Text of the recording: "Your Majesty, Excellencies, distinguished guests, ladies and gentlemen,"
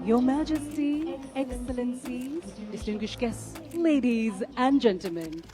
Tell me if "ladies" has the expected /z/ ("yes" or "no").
yes